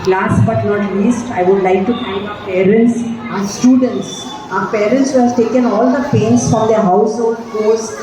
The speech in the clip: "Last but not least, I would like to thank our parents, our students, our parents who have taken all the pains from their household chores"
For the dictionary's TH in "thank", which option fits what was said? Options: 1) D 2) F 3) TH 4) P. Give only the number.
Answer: 2